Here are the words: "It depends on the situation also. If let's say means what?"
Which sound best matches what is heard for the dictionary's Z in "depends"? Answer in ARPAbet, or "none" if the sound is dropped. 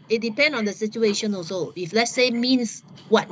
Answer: none